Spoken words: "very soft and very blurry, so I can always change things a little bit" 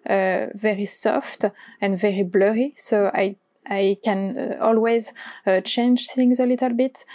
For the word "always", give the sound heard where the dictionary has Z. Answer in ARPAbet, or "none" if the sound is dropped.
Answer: Z